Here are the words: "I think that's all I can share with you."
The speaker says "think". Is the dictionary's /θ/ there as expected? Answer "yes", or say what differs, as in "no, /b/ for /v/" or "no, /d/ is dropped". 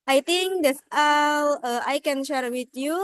no, /t/ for /θ/